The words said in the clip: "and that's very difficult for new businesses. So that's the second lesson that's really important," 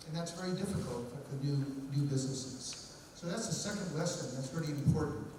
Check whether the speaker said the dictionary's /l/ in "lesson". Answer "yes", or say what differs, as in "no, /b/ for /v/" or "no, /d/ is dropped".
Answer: no, /w/ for /l/